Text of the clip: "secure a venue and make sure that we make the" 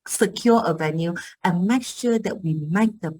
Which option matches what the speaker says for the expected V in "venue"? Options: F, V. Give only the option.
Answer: V